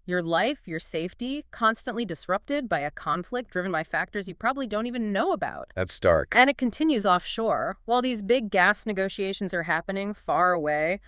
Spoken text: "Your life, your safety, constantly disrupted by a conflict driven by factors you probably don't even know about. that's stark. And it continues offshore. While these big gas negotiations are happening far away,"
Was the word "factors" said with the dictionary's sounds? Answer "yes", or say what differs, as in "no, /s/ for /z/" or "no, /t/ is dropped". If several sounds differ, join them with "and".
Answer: yes